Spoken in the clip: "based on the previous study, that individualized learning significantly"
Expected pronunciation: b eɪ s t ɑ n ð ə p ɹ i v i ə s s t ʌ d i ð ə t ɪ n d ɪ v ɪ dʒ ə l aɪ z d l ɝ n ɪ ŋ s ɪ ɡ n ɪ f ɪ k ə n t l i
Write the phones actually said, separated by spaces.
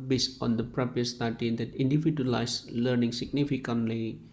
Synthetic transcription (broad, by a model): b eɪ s ɑ n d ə p ɹ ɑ p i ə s s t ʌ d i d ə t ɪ n d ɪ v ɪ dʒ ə l aɪ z l ɝ n ɪ ŋ s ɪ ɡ n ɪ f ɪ k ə n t l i